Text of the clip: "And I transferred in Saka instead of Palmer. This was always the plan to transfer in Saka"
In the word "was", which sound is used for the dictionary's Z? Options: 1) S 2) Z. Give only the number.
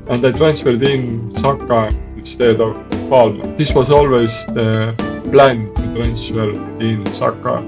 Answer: 1